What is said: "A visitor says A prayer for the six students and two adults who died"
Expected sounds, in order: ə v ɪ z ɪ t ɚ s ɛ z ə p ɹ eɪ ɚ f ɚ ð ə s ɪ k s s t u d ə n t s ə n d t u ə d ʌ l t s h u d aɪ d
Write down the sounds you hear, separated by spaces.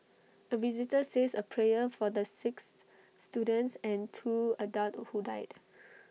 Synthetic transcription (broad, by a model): ə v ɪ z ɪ t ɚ s ɛ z ə p ɹ eɪ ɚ f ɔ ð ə s ɪ k s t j u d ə n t s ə n t u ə d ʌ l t h u d aɪ d